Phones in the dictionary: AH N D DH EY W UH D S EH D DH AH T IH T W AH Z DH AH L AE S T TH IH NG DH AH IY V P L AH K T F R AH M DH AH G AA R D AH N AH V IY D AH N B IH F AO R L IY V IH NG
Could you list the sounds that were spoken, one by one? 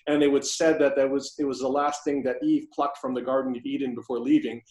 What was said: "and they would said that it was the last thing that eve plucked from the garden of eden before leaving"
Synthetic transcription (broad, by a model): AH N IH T W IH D S EH D DH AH T IH T W AH Z DH AH L AE S T TH IH NG DH AH IY V P L AH K T F R AH M DH AH G AA R D N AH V IY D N B IH F AO R L IY V IH NG